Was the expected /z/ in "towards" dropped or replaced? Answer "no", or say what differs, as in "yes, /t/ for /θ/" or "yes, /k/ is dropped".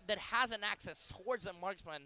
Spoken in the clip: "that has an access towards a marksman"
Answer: no